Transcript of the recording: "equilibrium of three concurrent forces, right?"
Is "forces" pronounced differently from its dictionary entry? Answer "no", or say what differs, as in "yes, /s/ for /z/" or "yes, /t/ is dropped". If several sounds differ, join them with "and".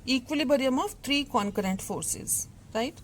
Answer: no